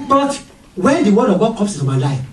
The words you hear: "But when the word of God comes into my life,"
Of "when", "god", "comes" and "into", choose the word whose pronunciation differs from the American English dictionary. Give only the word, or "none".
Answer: comes